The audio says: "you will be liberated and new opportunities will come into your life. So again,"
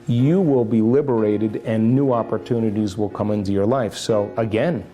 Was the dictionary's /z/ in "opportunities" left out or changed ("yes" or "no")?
no